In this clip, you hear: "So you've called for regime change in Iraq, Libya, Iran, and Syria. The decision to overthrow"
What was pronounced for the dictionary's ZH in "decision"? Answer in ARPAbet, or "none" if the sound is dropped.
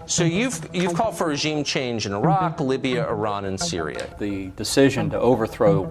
ZH